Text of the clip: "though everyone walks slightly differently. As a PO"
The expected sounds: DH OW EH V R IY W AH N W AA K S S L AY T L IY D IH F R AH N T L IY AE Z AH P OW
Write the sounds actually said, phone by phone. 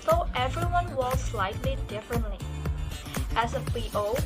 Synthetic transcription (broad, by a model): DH OW EH V R IY W AH N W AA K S S L AY T L IY D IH F R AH N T L IY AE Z AH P OW